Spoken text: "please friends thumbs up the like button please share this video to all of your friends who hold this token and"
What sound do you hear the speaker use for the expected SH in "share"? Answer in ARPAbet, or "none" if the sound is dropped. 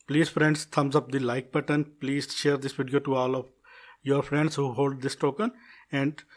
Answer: SH